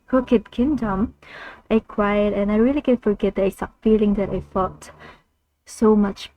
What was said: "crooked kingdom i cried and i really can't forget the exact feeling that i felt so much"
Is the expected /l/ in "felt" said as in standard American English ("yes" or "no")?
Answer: no